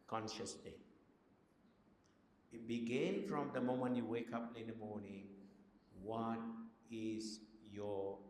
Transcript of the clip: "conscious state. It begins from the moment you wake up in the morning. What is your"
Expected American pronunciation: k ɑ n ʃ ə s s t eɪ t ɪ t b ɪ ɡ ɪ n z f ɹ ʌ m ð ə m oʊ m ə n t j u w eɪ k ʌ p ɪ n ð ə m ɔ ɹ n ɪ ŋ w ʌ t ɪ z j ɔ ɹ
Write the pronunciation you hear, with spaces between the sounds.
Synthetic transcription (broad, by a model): k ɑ n ʃ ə s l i ɪ t b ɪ ɡ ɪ n f ɹ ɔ m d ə m oʊ m ə n t j u w eɪ k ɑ p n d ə m ɔ n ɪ ŋ w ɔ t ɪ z j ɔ